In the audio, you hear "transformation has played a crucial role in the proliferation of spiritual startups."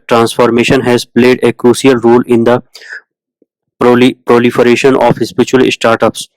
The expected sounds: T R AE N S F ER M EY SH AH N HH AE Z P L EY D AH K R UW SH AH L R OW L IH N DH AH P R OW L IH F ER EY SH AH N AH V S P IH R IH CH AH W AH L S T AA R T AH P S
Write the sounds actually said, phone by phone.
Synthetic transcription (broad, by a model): T R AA N S F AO M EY SH AH N HH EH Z P L EY D AH K R UW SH AH L R OW L IH N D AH P R OW L IH F ER EY SH AH N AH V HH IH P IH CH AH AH L S T AA R T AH P S